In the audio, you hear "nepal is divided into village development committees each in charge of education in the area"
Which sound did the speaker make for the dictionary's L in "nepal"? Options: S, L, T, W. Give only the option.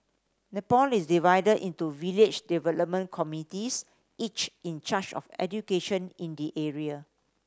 L